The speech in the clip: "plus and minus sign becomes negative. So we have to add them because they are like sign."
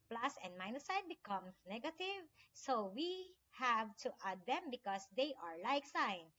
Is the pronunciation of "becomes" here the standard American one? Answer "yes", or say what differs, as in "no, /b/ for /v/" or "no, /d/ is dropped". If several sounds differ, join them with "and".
no, /z/ is dropped